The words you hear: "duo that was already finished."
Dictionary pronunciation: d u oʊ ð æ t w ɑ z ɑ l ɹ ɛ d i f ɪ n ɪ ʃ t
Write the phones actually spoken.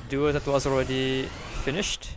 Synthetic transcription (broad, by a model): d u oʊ ð æ t w ɑ z ɑ l ɹ ɛ d i f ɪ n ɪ ʃ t